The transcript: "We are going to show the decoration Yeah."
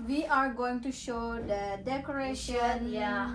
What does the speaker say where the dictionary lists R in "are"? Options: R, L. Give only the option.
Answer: R